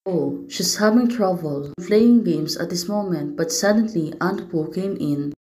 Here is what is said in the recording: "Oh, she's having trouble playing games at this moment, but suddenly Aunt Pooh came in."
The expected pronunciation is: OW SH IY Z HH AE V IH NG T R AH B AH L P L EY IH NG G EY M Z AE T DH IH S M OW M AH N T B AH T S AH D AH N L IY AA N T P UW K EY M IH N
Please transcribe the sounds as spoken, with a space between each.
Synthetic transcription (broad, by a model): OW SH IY S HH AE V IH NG T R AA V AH L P L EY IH NG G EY M S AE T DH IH S M OW M AH N T B AH T S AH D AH N L IY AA N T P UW K EY M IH N